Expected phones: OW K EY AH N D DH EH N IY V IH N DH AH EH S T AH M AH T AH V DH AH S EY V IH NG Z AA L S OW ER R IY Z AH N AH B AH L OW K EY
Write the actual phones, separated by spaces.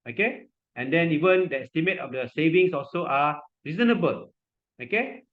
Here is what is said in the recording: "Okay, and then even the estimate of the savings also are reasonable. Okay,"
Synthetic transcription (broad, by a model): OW K EY AH N D EH N IY V IH N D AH EH S T AH M AH T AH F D AH S EY V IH NG S AA L S OW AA R IY Z AH N AH B AH L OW K EY